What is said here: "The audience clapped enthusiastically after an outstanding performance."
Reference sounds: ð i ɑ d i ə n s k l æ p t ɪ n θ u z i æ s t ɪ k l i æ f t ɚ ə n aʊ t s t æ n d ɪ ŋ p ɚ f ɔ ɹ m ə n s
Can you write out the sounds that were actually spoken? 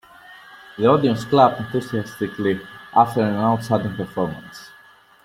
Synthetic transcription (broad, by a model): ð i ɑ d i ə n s k l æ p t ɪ n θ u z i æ s t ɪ k l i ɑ f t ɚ ə n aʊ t s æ d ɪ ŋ p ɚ f ɔ ɹ m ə n s